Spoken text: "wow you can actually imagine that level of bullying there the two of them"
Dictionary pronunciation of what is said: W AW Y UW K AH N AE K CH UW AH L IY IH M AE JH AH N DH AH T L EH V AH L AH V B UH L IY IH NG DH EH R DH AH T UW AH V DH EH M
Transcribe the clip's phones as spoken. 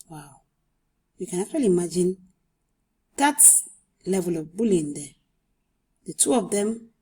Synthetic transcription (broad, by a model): W AW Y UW K AH N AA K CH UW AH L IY M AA JH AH N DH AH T L EH V AH L AH V B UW L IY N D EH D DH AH T UW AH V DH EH M